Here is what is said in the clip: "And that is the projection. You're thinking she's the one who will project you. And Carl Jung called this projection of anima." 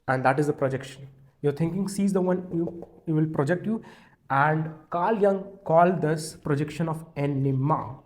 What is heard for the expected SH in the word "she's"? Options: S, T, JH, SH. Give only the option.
S